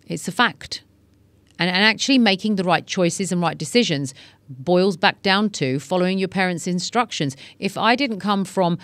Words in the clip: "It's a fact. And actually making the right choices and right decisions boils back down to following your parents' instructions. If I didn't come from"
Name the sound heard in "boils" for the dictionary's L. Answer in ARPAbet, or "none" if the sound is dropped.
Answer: L